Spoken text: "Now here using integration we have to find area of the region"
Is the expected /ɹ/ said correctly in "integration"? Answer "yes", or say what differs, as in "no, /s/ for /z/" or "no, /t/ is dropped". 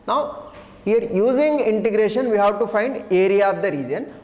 yes